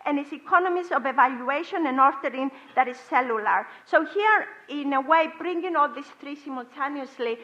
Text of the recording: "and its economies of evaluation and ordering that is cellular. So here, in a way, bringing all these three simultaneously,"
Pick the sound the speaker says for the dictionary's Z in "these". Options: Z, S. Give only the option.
S